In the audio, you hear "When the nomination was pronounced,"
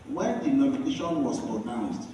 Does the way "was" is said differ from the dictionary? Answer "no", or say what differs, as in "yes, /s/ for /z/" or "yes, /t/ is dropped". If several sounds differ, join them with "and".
yes, /s/ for /z/